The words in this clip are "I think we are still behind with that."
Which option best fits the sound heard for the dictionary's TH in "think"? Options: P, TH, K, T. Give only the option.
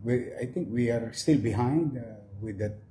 T